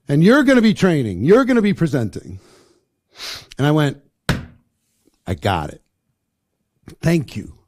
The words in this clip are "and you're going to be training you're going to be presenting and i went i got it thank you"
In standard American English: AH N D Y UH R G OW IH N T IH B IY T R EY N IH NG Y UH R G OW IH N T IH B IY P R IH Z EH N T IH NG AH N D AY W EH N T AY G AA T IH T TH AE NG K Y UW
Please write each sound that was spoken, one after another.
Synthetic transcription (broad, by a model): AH N Y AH R G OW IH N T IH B IY T R EY N IH NG Y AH R G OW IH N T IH B IY P R IH Z EH N T IH NG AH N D AY W EH N T AY G AA T IH T TH AE NG K Y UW